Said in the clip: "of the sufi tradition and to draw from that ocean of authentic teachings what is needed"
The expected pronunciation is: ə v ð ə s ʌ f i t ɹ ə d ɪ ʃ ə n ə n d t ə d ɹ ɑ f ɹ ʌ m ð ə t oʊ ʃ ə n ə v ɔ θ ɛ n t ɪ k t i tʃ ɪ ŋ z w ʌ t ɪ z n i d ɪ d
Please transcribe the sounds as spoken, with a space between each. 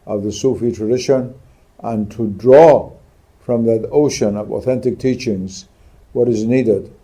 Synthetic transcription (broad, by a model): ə v ð ə s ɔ f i t ɹ ə d ɪ ʃ ə n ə n t ə d ɹ ɑ f ɹ ʌ m ð ə t oʊ ʃ ə n ə v ɔ θ ɛ n t ɪ k t i tʃ ɪ ŋ z w ʌ t ɪ z n i d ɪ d